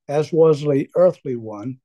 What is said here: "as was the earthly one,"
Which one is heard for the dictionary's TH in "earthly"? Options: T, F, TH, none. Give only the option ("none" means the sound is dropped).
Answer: TH